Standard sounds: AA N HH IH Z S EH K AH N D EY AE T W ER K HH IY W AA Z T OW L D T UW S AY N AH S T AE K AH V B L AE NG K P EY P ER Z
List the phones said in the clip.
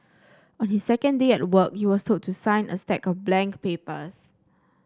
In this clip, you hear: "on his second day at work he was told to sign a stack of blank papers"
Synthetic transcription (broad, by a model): AA N HH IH S EH K AH N D EY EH T W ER K HH IY W AA S T OW D T UW S AY N AH S T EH K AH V B L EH NG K P EY P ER S